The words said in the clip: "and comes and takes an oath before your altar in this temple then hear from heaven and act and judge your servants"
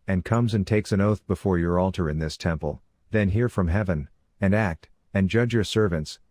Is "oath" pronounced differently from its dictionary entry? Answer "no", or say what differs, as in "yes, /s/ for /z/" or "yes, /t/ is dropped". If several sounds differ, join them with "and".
no